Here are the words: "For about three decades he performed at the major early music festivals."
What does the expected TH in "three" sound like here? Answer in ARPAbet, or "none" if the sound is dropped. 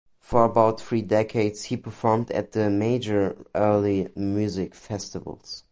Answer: TH